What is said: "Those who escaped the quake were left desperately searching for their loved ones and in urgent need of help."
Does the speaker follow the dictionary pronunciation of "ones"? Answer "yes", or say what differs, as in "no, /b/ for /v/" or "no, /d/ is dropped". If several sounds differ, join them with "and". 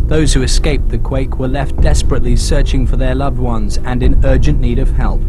yes